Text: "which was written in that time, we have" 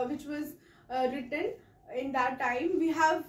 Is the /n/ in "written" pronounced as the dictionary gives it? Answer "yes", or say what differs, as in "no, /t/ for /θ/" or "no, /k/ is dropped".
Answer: yes